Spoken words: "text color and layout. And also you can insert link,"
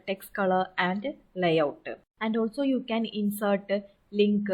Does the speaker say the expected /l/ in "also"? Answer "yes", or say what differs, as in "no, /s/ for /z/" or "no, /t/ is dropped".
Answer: yes